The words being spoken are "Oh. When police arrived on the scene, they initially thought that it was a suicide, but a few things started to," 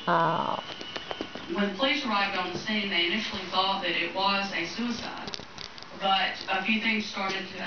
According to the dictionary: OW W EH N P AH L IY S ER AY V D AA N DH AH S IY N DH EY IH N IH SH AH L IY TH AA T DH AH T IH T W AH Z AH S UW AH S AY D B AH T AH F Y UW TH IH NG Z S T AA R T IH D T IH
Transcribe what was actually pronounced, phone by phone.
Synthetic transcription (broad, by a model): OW W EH N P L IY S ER AY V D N DH AH S IY N DH EY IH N IH SH L IY TH AA T DH AH T IH T W AH Z AH S UW AH S AY D B AH T AH F Y UW TH IH NG Z S T AA R T IH D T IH